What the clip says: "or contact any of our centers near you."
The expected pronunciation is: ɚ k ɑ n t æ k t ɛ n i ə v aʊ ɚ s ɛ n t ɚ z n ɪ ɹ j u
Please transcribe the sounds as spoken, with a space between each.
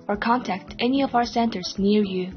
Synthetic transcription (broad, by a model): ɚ k ɑ n t æ k t ɛ n i ə v aʊ ɚ s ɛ n t ɚ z n ɪ ɹ j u